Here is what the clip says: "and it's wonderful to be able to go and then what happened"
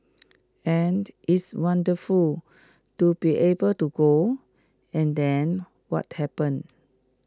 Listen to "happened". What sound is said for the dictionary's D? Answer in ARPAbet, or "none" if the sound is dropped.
none